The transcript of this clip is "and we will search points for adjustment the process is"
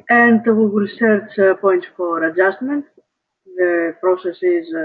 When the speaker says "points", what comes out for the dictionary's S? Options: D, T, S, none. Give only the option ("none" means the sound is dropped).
none